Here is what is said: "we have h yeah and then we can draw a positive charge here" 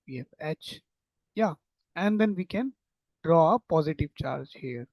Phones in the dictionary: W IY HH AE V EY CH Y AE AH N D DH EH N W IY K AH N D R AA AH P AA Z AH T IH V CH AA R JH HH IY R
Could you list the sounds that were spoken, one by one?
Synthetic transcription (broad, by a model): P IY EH F EY CH Y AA AH N D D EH N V IY K AH N D R AA AH P AA Z AH T IH V CH AA R JH HH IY R